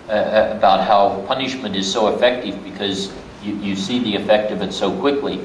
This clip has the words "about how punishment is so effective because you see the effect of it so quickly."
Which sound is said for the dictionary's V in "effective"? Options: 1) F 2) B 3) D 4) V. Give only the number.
4